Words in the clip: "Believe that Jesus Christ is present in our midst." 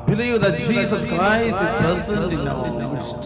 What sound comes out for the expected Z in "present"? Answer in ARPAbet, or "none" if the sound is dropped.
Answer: S